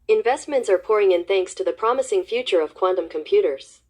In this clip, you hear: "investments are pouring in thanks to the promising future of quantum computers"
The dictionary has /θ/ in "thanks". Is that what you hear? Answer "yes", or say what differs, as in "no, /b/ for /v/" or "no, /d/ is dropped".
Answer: yes